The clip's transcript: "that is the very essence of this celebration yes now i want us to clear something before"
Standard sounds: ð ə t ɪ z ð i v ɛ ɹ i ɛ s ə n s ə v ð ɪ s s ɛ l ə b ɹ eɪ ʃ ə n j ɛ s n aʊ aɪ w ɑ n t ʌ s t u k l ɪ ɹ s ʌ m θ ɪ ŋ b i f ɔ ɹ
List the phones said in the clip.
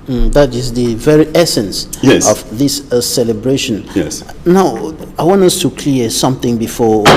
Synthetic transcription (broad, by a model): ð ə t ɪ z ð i v ɛ ɹ i ɛ s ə n s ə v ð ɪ s s ɛ l ə b ɹ eɪ ʃ ə n j ɛ s n aʊ aɪ w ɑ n ʌ s t u k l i s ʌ m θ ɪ ŋ b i f ɔ